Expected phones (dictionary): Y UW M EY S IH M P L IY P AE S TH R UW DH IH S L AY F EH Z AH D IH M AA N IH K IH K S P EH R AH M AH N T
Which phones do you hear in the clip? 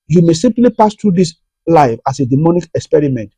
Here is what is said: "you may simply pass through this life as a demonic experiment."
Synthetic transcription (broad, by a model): Y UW M EY S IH M P L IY P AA S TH R UW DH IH S L AY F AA S AH D IH M AA N IH K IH K S P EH R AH M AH N T